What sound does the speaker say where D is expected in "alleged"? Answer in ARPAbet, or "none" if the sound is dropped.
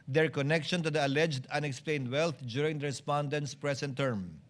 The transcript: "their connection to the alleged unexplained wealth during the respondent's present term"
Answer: D